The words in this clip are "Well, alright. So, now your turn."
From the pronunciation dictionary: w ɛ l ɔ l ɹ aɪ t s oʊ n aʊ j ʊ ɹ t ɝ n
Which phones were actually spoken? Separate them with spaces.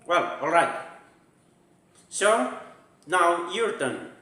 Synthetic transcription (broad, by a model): w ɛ l ɔ l ɹ aɪ t s oʊ n aʊ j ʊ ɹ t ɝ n